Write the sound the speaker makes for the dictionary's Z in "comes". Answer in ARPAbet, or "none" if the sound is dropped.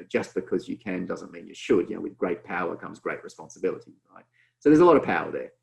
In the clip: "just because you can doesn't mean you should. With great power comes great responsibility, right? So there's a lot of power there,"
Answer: Z